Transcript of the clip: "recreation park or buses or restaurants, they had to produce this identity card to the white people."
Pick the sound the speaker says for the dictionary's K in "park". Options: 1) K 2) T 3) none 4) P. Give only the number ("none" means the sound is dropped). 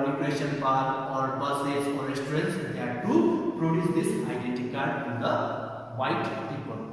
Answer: 3